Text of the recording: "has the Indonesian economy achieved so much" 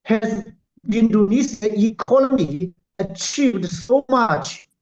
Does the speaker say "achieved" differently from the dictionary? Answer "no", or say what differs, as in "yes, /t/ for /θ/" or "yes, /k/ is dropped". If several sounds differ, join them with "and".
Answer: no